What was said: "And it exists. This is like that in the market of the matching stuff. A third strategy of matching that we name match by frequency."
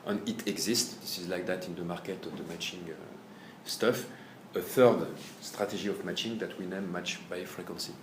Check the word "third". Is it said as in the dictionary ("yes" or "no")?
yes